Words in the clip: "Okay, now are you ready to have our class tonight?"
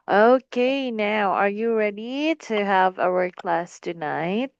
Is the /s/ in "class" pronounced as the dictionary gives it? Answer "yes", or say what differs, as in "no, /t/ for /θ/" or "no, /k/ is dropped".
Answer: yes